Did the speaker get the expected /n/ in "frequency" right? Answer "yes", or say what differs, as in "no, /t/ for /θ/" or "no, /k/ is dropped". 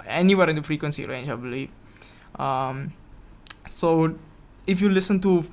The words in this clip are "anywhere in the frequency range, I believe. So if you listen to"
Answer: yes